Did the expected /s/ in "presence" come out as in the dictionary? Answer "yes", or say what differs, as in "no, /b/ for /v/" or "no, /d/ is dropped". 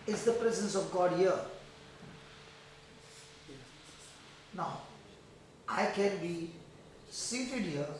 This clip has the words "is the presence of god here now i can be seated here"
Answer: yes